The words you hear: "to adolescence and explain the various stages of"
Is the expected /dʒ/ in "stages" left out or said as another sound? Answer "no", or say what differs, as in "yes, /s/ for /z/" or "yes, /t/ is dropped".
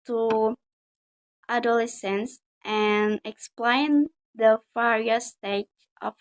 yes, /dʒ/ is dropped